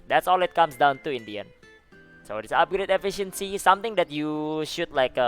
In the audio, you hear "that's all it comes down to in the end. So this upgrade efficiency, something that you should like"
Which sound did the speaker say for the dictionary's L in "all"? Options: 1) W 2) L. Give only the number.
2